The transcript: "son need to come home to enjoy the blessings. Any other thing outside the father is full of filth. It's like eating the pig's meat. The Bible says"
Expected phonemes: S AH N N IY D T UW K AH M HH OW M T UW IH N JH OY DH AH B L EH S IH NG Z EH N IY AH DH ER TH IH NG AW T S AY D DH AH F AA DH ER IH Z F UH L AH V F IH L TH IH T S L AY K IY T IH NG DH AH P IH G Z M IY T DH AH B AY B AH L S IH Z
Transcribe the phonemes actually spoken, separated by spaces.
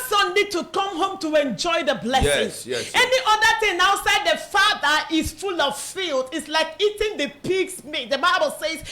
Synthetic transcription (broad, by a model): S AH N N IY D T UW K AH M HH OW M T UW IH N JH OY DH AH B L EH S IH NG EH N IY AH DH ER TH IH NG AW T S AY D DH AH F AA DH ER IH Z F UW L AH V F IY L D IH T S L AY K IY T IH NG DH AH P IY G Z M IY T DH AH B AY B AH L S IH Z